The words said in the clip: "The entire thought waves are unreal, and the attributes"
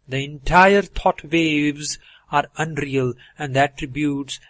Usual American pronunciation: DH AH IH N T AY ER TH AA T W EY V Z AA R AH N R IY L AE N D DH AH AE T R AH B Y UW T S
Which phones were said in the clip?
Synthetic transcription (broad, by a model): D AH IH N T AY ER T AA T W EY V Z AA R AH N R IY L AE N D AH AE T R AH B Y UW T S